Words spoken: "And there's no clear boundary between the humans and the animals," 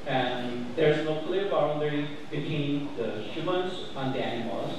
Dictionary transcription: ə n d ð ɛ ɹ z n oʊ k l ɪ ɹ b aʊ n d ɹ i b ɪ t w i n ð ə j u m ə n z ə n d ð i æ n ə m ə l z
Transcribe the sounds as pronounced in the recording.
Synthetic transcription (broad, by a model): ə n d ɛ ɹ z n oʊ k l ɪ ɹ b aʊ l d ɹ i b ɪ t w i n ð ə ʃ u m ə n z ə n d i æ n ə m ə l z